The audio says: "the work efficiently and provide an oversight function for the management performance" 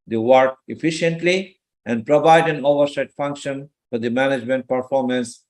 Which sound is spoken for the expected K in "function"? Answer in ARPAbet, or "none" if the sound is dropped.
K